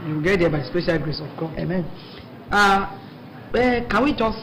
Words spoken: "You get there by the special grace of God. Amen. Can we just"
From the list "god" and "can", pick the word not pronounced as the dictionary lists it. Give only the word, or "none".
god